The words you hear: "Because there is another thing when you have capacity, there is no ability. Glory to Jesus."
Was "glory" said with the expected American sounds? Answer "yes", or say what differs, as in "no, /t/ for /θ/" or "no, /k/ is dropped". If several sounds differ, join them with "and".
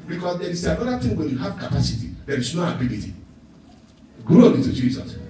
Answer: no, /l/ is dropped and /ɹ/ is dropped